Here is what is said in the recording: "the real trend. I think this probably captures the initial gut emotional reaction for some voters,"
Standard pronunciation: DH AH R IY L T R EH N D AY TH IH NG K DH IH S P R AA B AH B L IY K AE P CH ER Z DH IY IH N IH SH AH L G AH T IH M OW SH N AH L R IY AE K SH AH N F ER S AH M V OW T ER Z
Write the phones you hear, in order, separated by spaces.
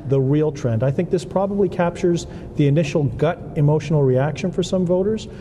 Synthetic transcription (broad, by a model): DH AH R IY L T R EH N D AY TH IH NG K DH IH S P R AA B AH B L IY K AE P CH ER Z DH IY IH N IH SH L G AH T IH M OW SH N L R IY AE K SH AH N F ER S AH M V OW T ER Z